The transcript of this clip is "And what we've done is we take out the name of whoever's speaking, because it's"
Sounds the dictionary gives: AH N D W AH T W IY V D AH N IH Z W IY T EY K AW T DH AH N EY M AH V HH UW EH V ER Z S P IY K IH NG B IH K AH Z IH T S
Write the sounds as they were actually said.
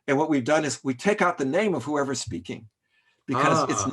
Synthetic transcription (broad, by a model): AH N W AH T W IY V D AH N IH Z W IY T EY K AW T DH AH N EY M AH V HH UW EH V ER S P IY K IH NG B IH K AH Z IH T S